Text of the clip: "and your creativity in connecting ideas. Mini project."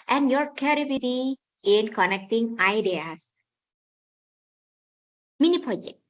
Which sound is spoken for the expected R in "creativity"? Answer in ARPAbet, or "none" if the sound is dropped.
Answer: none